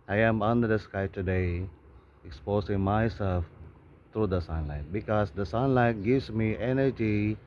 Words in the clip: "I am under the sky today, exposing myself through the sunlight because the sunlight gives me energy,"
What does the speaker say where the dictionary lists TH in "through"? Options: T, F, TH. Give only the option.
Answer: T